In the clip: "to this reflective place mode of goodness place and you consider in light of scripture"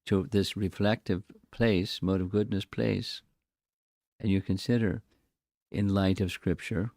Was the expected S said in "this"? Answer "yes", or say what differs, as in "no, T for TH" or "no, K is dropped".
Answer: yes